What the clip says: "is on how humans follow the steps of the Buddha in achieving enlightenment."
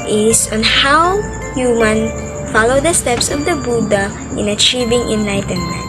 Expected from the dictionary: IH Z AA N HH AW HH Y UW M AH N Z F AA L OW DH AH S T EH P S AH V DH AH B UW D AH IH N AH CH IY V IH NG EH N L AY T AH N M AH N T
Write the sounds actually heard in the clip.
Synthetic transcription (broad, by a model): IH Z AA N HH AW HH Y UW M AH N F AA L OW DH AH S T EH P S AH V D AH B UW D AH IH N AH CH IY V IH NG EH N L AY T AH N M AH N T